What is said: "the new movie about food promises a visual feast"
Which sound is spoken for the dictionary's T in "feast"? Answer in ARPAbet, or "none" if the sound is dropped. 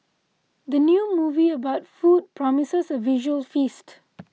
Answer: T